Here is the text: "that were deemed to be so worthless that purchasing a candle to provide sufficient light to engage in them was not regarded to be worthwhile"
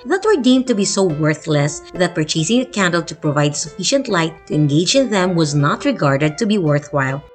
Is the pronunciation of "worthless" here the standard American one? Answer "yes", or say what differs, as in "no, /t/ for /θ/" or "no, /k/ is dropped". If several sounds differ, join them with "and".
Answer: yes